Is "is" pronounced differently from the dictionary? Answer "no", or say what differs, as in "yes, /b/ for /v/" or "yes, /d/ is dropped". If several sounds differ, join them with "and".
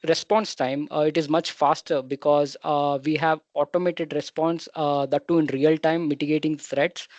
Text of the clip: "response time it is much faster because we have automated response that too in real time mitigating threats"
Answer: no